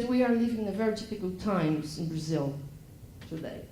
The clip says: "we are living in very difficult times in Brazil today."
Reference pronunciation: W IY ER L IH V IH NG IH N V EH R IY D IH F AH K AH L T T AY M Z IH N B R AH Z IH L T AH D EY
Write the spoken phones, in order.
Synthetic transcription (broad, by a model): W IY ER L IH V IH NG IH V EH R IY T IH P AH K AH L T T AY M Z IH N B R AH Z IH L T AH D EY